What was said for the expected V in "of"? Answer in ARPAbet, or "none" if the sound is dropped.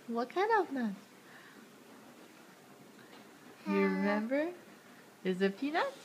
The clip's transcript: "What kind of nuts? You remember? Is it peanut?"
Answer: V